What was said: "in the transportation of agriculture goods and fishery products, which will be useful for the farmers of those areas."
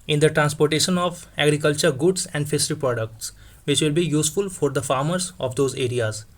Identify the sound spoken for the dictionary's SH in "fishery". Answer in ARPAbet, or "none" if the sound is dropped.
S